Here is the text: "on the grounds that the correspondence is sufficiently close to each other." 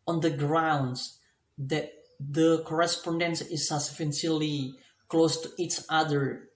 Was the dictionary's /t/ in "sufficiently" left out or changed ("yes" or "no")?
yes